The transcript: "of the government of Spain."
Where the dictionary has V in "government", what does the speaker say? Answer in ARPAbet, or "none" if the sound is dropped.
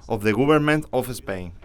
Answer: B